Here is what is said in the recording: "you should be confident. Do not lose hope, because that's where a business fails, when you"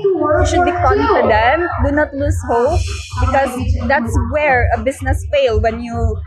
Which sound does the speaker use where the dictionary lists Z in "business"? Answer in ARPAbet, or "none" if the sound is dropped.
S